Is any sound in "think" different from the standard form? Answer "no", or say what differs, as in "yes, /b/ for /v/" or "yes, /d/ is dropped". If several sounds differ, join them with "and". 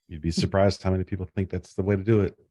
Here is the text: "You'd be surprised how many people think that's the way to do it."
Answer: no